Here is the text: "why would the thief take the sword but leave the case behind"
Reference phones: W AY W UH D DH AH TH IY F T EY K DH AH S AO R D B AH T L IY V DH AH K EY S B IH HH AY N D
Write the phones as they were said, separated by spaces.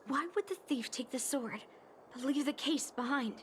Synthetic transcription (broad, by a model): W AY W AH D DH AH TH IY F T EY K DH AH S AO R D B AH T L IY V DH AH K EY S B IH HH AY N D